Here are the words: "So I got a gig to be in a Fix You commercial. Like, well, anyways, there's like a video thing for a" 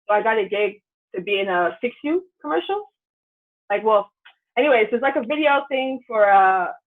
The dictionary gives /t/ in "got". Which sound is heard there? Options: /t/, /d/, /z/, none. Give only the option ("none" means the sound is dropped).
/t/